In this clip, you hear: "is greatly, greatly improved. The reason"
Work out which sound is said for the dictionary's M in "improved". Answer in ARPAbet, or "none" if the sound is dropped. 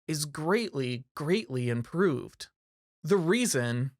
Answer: M